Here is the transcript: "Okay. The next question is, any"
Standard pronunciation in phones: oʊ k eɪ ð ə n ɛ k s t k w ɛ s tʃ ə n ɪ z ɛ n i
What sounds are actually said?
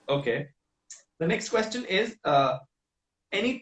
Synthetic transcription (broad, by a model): oʊ k eɪ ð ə n ɛ k s t k w ɛ s tʃ ə n ɪ z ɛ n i